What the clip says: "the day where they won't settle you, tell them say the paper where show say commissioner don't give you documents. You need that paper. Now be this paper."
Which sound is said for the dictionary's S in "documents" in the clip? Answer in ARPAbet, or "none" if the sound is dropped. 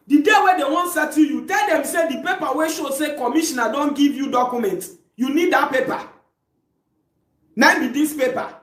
none